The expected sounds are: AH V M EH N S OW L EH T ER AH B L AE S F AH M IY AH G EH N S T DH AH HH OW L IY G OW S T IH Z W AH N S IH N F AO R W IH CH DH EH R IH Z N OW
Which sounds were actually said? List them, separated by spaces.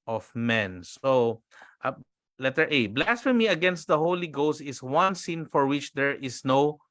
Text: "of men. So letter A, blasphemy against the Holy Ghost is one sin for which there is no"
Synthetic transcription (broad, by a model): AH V M EH N S OW L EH T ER AH B L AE S F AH M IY AH G EH N S T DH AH HH OW L IY G OW S T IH S W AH N S IH N F AO R W IH CH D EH R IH S N OW